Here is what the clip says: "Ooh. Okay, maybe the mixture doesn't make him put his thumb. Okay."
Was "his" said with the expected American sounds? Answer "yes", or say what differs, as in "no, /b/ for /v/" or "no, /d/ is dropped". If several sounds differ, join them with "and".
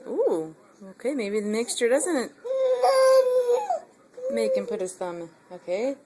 no, /s/ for /z/